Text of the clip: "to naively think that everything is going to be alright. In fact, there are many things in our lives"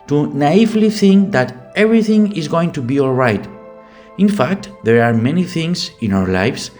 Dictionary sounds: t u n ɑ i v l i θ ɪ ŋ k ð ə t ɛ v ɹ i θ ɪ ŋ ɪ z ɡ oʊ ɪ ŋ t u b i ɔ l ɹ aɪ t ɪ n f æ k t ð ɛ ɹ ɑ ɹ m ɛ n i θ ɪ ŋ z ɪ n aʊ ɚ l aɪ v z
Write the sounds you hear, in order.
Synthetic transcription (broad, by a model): t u n ɑ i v l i θ ɪ ŋ k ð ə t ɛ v ɹ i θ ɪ ŋ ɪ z ɡ oʊ ɪ ŋ t u b i ɔ l ɹ aɪ t ɪ n f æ k t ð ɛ ɹ ɑ ɹ m ɛ n i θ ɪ ŋ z ɪ n aʊ ɚ l aɪ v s